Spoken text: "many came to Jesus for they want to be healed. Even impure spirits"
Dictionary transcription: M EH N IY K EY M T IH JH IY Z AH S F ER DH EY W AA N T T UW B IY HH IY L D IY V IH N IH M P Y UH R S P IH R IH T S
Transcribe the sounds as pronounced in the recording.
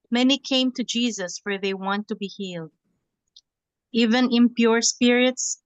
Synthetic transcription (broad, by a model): M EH N IY K EY M T IH JH IY Z AH S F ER DH EY W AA N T T UW B IY HH IY L D IY V IH N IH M P Y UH R S P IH R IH T S